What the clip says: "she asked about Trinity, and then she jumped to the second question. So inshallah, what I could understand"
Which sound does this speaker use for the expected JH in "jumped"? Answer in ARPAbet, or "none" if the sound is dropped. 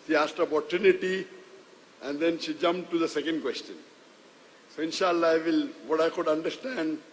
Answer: JH